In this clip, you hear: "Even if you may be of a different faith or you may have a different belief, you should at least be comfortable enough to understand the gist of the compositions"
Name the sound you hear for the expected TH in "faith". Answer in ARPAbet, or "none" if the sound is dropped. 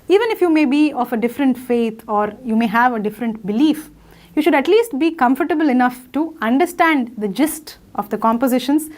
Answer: T